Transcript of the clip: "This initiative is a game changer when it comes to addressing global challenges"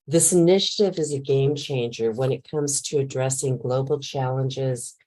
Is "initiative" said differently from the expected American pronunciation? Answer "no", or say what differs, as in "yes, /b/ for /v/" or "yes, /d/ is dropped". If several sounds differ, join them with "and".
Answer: no